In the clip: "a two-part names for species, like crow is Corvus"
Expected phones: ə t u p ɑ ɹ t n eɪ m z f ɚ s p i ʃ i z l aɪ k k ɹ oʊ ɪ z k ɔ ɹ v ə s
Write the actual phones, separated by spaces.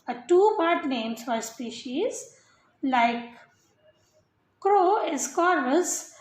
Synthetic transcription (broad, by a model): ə t u p ɑ ɹ t n eɪ m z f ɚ s p i ʃ i z l aɪ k k ɹ oʊ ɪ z k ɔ ɹ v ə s